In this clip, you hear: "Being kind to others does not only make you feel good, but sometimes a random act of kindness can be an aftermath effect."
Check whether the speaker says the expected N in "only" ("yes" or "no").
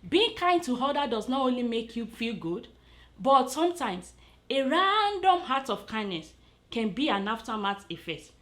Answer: yes